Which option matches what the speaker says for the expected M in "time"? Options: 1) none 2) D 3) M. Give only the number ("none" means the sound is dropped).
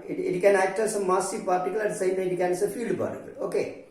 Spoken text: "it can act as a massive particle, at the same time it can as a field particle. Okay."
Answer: 1